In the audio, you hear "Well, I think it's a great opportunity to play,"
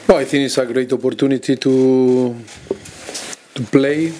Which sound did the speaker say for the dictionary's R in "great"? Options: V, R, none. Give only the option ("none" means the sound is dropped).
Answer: R